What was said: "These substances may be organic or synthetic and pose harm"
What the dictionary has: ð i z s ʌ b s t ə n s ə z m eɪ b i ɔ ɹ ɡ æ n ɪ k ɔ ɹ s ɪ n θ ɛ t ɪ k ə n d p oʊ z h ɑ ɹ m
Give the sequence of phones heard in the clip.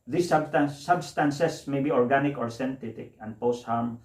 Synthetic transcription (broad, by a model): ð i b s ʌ b s t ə n s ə s m eɪ b i ɔ ɹ ɡ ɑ n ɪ k ɔ ɹ s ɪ n t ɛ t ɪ k ə n d p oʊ s h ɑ m